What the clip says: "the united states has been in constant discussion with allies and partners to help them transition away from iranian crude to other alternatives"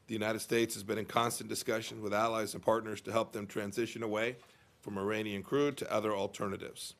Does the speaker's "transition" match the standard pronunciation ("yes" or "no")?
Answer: yes